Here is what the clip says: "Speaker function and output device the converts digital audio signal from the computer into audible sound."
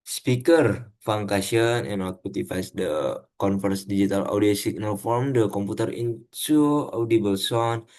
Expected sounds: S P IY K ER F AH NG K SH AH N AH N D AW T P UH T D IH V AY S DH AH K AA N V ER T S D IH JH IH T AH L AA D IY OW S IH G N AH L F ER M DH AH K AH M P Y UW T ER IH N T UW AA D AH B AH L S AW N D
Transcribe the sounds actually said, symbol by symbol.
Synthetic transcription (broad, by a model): S P IY K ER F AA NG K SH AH N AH N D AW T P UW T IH F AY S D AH K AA N F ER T S D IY JH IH T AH L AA D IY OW S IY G N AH L F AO M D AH K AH M P UW T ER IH N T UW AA D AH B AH L S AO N